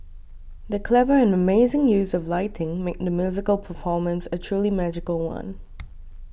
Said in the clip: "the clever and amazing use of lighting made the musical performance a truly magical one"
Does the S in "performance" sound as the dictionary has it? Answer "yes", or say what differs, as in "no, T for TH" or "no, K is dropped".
yes